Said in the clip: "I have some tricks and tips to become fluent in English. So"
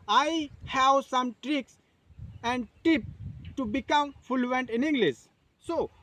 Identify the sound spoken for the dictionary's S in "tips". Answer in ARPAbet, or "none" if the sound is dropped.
none